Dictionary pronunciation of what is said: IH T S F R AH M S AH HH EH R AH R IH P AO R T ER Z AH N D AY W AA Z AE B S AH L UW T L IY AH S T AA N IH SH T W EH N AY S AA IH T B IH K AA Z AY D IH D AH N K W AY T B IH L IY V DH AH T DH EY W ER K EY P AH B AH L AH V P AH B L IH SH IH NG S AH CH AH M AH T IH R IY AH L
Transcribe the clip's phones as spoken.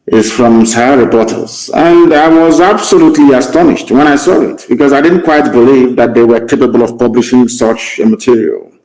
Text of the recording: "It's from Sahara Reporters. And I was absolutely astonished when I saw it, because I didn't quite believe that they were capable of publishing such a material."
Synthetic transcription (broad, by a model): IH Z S F R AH M S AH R R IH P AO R T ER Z AH N D AY W AA Z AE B S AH L UW T L IY AH S T AA N IH SH T W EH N AY S AA IH T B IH K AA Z AY D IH D N K W AY T B IH L IY V DH AH T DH EY W ER K EY P AH B AH L AH V P AH B L IH SH IH NG S AH CH AH M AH T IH R IY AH L